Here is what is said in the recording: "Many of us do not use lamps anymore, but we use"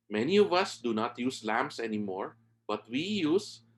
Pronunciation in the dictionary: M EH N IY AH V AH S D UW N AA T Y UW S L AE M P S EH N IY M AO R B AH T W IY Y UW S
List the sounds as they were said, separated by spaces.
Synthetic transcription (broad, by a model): M EH N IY AH V AH S D UW N AA T Y UW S L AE M S EH N IY M AO R B AH T W IY Y UW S